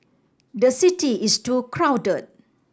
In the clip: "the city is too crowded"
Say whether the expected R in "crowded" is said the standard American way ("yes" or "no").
yes